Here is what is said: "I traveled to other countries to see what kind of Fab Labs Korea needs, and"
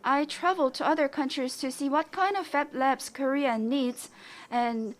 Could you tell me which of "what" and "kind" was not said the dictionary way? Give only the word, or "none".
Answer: none